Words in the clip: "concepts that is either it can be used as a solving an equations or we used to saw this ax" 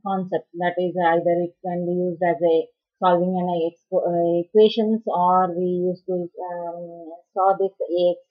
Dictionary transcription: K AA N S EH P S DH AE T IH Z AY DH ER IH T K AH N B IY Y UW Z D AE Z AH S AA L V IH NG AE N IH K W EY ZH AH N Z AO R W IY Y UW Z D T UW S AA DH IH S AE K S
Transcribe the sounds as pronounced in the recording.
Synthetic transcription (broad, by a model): K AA N S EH P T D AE T IH Z AY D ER IH T K AH N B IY Y UW Z D AE Z AH S AA L V IH NG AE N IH K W EY SH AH N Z AO R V IY Y UW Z T UW S AA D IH S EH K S